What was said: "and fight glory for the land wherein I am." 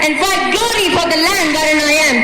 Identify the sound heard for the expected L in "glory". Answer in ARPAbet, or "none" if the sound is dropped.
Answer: none